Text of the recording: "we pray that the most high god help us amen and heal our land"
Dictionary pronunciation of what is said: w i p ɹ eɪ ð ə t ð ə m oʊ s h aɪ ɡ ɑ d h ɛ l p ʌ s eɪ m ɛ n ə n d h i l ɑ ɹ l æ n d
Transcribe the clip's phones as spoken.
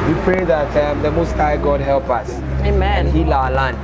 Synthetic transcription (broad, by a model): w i p ɹ eɪ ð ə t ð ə m oʊ s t aɪ ɡ ɑ d h ɛ l p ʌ s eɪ m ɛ ə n h i l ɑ l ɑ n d